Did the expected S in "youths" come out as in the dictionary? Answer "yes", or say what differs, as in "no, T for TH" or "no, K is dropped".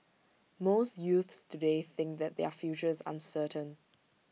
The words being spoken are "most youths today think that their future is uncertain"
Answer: yes